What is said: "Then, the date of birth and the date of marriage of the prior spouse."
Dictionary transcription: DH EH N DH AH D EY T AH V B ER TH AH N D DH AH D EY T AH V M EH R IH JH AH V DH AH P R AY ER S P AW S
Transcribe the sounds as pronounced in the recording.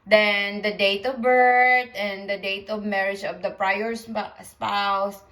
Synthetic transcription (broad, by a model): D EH N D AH D EY T AH V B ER T AH N D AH D EY T AH V M EH R IH JH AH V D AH P R AY ER S P AW S